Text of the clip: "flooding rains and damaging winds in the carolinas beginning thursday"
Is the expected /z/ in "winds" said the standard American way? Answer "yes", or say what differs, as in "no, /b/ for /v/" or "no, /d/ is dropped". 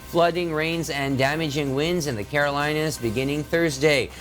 yes